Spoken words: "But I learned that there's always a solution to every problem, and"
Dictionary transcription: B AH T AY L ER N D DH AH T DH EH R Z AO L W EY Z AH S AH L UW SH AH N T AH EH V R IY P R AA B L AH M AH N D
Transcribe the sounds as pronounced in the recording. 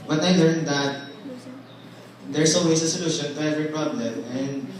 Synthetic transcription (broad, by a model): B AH T AY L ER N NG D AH T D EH R S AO W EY S AH S AH L UW SH AH N T AH EH V R IY P R AA B L AH M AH N D